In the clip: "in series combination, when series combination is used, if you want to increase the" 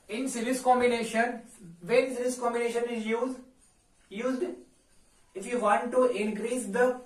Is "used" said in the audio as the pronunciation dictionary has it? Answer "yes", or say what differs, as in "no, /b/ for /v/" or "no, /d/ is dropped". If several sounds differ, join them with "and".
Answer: yes